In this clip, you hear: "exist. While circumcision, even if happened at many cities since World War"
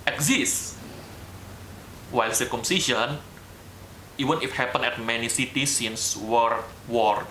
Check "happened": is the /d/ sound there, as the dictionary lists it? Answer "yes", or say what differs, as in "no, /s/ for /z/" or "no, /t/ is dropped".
no, /d/ is dropped